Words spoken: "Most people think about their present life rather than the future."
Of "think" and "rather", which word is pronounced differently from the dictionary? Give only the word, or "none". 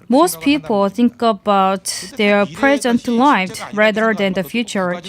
none